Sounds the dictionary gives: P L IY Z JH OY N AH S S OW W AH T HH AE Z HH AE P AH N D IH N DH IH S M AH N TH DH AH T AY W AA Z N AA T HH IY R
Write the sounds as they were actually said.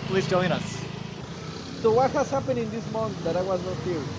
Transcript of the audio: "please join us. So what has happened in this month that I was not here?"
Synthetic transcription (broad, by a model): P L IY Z JH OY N AH S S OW W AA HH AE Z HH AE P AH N IH N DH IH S M AH N TH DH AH T AY W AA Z N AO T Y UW